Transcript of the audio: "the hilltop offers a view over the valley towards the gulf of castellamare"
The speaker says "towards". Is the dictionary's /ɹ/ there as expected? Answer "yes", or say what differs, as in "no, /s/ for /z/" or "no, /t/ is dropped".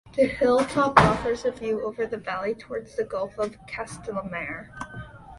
yes